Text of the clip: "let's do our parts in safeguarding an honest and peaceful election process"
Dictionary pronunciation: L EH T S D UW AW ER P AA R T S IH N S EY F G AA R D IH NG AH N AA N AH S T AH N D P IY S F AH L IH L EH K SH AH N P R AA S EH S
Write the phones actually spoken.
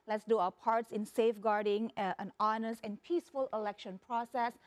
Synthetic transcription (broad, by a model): L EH T S D UW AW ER P AA R T S IH N S EY F G AA R D IH NG AH N AA N AH S T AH N P IY S F AH L IH L EH K SH AH N P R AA S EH S